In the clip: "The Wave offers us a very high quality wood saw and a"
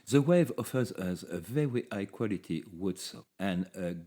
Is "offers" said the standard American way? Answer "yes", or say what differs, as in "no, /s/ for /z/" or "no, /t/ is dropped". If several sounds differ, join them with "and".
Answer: yes